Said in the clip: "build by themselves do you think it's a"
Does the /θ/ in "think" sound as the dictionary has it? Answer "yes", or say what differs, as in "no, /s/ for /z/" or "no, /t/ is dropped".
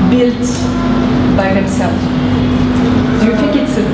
no, /f/ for /θ/